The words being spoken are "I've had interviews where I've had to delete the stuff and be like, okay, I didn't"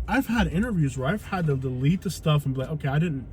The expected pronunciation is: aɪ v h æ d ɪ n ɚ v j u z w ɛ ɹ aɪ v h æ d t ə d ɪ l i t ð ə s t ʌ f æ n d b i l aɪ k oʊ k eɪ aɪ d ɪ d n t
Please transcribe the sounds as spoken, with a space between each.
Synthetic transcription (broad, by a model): aɪ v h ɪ d ɪ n ɚ v j u z w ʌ ɹ aɪ v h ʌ d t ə d ɪ l i t ð ə s t ʌ f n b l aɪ oʊ k eɪ aɪ d ɪ d n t